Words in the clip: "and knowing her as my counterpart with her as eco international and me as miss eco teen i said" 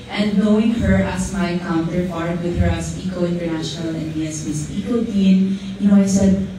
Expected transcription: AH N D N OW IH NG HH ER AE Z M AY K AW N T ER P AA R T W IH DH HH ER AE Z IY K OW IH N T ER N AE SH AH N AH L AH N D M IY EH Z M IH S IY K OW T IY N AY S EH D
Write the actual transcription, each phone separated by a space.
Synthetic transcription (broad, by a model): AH N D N OW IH NG HH ER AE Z M AY K AW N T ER F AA R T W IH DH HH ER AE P IY K OW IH N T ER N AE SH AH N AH L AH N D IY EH S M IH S IY K OW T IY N AY S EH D